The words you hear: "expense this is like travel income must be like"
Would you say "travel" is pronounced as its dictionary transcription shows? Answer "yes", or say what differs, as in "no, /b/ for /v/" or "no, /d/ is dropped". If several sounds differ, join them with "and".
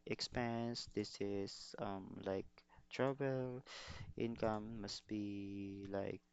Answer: no, /b/ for /v/